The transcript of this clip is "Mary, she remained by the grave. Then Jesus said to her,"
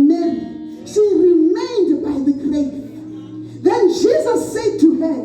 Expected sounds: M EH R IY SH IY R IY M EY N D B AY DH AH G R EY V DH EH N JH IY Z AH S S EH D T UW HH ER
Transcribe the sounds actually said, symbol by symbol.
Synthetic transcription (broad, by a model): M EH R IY SH IY R IY M EY N D B AY DH AH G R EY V DH EH N JH IY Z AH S S EH D T UW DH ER